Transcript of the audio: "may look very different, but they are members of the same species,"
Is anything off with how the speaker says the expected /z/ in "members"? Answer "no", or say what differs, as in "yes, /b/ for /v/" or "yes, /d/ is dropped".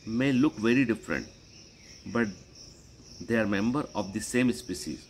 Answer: yes, /z/ is dropped